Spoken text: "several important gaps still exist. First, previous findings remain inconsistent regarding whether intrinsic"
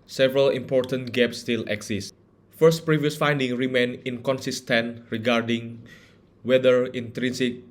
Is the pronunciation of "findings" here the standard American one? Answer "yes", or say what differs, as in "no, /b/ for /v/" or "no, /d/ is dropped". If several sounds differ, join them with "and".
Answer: no, /z/ is dropped